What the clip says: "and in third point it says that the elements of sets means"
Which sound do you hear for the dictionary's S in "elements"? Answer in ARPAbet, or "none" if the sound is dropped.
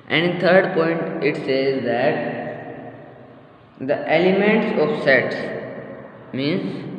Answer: S